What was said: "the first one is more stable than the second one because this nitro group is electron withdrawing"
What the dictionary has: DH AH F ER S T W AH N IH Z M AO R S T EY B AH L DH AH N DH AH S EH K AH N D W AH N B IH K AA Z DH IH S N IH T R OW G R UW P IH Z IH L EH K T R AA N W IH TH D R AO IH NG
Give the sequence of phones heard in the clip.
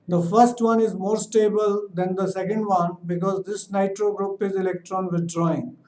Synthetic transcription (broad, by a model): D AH F ER S T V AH N IH Z M AO R S T EY B AH L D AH N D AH S EH K AH N D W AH N B IH K AA Z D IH S N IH T R OW G R UW P IH Z IH L EH K T R AA N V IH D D R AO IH NG